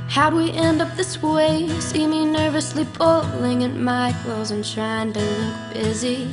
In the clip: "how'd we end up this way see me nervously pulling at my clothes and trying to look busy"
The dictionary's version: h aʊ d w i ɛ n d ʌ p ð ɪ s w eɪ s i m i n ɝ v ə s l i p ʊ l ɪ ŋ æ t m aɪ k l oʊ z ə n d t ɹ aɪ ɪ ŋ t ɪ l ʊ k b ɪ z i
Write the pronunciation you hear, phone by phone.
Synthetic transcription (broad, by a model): h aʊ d w i ɛ n d ʌ p ð ɪ s w eɪ s i m i n ɝ v ə s l i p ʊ l ɪ ŋ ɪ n m aɪ k l oʊ z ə n t ɹ aɪ ɪ ŋ t ɪ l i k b ɪ z i